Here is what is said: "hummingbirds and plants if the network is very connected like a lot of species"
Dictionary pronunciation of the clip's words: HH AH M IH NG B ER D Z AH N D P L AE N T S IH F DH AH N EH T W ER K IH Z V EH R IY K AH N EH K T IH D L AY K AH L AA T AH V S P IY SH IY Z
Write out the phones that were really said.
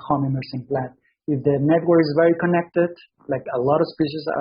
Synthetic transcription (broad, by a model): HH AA M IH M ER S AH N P L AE T IH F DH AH N EH T W ER K IH Z V EH R IY K AH N EH K T IH D L AY K AH L AA T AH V S P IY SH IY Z